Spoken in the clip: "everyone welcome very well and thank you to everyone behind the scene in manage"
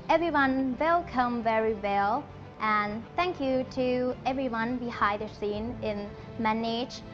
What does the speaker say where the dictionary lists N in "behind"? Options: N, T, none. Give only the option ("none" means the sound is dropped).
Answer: none